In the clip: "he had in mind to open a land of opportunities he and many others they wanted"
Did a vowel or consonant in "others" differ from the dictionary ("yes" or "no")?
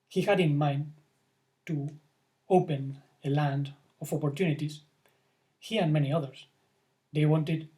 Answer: yes